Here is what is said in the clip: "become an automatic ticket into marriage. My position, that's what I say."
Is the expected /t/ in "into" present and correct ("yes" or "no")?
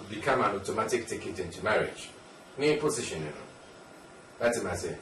yes